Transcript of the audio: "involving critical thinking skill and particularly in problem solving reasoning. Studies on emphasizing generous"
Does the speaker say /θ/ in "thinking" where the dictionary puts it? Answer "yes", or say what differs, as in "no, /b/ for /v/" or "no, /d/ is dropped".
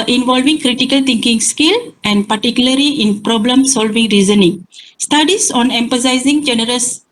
no, /t/ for /θ/